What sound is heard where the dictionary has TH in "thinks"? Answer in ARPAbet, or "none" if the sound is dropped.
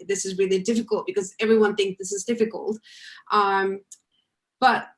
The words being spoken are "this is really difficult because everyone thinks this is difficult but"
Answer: TH